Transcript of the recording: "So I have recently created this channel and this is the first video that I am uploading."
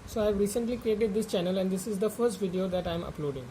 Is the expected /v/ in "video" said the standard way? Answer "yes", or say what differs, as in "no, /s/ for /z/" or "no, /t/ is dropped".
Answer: yes